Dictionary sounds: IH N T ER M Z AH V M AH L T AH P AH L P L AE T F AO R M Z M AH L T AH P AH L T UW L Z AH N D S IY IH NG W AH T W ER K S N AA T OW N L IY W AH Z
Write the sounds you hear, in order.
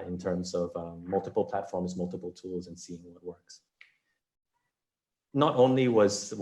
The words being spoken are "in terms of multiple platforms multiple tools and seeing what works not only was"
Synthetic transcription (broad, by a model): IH N T ER M Z AH V M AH L T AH P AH L P L AE T F AO R M Z M AH L T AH P L T UW L Z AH N S IY IH NG W AH T W ER K S N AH T OW N L IY W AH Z